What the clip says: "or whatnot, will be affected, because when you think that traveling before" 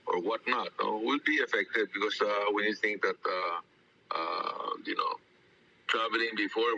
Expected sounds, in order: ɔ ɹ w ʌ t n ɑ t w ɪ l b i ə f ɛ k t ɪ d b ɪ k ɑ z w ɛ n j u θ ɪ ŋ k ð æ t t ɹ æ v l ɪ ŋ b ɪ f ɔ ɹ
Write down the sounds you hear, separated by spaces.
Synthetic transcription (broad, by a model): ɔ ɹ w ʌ t n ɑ t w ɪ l b i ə f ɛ k t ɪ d b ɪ k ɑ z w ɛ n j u t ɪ ŋ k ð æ t t ɹ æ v l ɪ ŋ b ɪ f ɔ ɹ